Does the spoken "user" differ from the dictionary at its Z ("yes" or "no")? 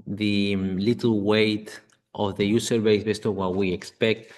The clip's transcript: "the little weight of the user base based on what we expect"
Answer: yes